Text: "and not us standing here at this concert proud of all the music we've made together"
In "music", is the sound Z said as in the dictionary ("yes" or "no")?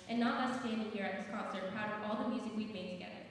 yes